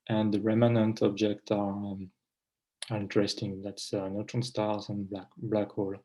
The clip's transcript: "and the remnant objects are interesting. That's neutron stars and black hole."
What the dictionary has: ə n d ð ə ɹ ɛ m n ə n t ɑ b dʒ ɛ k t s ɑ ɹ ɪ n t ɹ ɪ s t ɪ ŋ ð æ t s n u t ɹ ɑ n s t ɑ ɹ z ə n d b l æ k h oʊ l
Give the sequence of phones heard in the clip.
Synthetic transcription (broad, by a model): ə n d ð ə ɹ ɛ m n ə n t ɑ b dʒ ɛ k t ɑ ɑ ɹ ɪ n t ɹ ɪ s t ɪ ŋ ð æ t s n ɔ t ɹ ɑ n s t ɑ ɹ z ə n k b l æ k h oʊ l